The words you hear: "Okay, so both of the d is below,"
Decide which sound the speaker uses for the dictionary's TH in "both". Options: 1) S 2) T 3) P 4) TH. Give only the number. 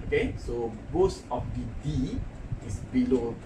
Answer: 1